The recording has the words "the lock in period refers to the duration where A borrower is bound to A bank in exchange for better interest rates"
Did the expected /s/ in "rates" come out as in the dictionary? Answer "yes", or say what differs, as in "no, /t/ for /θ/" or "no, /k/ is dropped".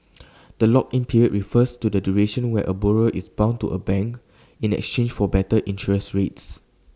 yes